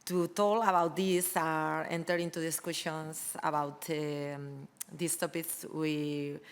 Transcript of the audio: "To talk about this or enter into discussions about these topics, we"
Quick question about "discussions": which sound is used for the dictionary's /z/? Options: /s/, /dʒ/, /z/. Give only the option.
/s/